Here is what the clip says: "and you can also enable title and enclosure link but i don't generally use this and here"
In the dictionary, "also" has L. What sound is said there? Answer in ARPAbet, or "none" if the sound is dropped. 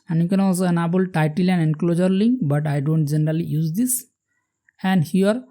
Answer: none